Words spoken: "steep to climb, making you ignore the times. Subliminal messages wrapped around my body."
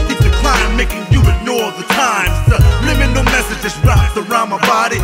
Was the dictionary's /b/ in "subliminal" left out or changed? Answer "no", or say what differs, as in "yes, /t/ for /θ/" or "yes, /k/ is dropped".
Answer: yes, /b/ is dropped